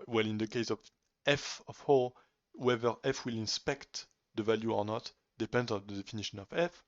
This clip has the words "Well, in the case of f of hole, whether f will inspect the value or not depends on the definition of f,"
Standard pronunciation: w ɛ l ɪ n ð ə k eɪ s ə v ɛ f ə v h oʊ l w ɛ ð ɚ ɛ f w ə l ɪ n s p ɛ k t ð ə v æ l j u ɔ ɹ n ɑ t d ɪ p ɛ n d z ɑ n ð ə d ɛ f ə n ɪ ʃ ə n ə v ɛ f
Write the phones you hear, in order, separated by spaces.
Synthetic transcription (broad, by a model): w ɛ l ɪ n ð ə k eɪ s ə v ɛ f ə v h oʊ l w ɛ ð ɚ ɛ f w ə l ɪ n s p ɛ k t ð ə v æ l j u ɔ ɹ n ɑ t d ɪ p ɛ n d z ɑ n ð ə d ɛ f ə n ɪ ʃ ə n ə v ɛ f